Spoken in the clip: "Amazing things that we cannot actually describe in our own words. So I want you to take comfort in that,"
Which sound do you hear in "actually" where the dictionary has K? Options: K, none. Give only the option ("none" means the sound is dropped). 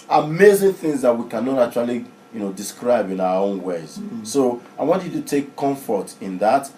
none